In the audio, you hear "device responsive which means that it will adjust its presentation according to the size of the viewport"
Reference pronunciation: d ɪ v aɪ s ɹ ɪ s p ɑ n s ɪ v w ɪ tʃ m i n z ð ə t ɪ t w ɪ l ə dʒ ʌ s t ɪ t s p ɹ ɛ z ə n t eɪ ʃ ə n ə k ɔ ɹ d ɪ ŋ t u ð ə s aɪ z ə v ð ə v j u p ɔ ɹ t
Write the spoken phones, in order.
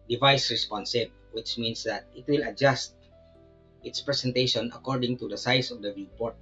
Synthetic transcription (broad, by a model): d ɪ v aɪ s ɹ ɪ s p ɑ n s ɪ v w ɪ tʃ m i n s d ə t ɪ t w ɪ l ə dʒ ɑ s t ɪ t s p ɹ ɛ s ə n t eɪ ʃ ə n ə k ɔ ɹ d ɪ ŋ t u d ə s aɪ s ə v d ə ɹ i p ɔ ɹ t